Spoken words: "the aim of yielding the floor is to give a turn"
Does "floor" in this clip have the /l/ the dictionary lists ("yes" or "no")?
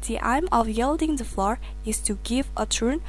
yes